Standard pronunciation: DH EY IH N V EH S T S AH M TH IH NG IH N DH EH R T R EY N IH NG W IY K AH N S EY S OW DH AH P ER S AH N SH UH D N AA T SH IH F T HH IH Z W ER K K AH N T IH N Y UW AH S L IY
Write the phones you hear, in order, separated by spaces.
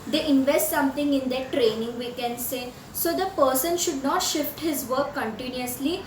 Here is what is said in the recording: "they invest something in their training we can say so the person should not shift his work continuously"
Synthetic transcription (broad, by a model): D EY IH N V EH S T S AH M T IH NG IH N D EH T R EY N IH NG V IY K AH N S EY S OW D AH P ER S AH N SH UH D N AA T SH IH F T HH IH Z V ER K K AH N T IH N Y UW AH S L IY